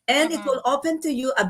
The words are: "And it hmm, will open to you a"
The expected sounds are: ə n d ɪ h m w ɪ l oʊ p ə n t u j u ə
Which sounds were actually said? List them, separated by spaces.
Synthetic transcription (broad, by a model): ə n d ɪ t w ɪ l oʊ p ə n t u j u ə